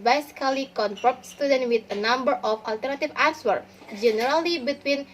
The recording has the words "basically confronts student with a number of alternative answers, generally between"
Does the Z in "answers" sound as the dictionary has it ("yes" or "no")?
no